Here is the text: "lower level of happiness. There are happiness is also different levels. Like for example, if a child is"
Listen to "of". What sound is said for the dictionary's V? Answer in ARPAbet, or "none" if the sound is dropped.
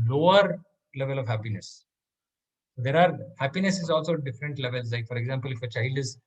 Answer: V